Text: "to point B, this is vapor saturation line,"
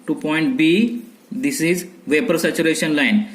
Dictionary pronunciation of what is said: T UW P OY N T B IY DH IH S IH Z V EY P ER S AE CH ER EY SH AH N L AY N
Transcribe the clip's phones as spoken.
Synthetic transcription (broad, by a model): T UW P OY N T B IY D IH S IH Z V EY P ER S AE CH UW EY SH AH N L AY N